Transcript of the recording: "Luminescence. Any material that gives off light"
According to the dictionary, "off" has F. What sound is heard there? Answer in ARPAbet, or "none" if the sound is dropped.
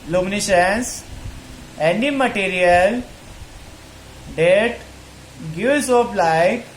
P